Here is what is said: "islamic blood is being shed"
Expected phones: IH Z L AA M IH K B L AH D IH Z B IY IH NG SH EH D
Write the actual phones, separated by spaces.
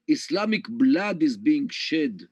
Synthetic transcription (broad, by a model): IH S L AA M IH K B L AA D IH Z B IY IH NG SH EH D